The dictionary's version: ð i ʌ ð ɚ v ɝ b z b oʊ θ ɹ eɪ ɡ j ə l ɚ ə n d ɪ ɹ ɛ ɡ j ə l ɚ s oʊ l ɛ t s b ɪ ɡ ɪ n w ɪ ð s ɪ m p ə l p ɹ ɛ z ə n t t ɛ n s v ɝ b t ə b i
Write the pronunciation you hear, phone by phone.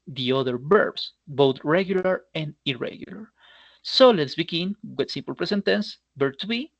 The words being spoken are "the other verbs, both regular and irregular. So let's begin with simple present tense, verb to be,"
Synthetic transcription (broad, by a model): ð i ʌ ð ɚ b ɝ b s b oʊ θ ɹ eɪ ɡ j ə l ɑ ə n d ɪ ɹ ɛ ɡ j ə l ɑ s oʊ l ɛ t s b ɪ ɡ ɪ n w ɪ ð s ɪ m p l p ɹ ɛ s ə n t t ɛ n s b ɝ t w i